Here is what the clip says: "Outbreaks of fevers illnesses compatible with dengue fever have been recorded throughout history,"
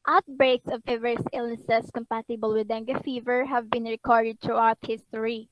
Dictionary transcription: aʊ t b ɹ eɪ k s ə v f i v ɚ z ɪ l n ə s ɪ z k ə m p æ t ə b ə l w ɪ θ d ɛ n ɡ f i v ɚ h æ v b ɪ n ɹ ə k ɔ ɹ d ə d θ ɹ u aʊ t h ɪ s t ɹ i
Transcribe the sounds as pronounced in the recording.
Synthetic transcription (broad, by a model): aʊ t b ɹ eɪ k s ə v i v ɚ s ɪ l n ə s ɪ s k ə m p æ t ə b ə l w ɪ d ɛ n ɡ f i v ɚ h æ v b ɪ n ɹ ə k ɔ ɹ d ə d t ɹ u aʊ t h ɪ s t ɹ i